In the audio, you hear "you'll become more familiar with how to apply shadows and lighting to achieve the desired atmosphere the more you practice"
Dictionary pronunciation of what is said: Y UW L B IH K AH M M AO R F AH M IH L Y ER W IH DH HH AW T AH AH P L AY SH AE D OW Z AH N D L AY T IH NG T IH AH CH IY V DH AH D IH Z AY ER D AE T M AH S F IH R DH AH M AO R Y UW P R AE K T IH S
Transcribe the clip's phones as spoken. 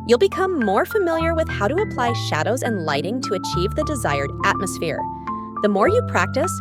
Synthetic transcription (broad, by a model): Y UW L B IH K AH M M AO R F AH M IH L Y ER W IH DH HH AW T AH AH P L AY SH AE D OW Z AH N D L AY T IH NG T IH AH CH IY V DH AH D IH Z AY ER D AE T M AH S F IH R DH AH M AO R Y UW P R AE K T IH S